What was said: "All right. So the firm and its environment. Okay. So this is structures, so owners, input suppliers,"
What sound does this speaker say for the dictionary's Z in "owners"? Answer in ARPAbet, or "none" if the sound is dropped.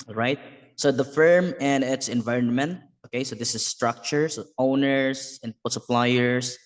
S